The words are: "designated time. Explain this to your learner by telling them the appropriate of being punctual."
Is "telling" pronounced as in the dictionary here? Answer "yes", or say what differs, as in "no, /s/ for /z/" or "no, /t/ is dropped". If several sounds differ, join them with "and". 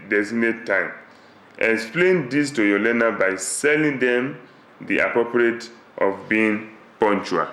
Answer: no, /s/ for /t/